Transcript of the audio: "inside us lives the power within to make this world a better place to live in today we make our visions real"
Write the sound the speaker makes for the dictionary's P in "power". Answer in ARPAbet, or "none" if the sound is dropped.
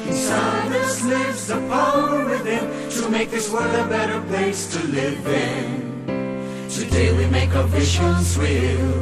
F